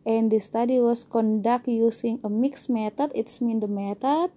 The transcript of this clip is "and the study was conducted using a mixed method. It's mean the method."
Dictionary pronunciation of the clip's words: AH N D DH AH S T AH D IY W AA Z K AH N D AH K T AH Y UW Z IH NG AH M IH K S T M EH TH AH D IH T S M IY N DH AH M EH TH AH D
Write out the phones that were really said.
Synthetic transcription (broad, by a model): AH N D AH S T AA D IY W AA S K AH N D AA K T Y UW S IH NG AH M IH K S M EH T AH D IH T S M IY N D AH M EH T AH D